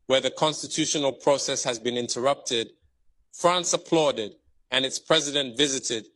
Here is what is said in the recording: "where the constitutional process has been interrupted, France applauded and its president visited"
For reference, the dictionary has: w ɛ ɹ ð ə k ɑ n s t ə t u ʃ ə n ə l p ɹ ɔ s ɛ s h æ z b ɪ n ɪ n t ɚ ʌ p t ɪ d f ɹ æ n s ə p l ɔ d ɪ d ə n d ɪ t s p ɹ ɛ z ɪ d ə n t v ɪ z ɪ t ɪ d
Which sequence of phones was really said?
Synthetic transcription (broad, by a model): w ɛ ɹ ð ə k ɑ n s t ə t u ʃ ə n ə l p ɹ ɔ s ɛ s h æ z b ɪ n ɪ n t ɚ ʌ p t ɪ d f ɹ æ n s ə p l ɔ d ɪ d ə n ɪ t s p ɹ ɛ z ɪ d ə n t v ɪ z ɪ t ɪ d